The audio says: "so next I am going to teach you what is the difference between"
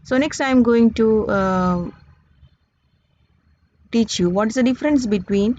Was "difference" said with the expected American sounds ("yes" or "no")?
yes